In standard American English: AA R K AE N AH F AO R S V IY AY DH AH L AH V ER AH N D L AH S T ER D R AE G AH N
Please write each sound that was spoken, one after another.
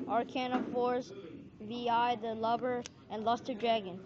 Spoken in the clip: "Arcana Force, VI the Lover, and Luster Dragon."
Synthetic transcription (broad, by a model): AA R K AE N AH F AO R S V IY AY DH AH L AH B ER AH N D L AH S T ER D R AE G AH N